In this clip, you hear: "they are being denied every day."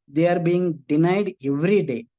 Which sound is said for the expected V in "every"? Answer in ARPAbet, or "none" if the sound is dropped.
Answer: V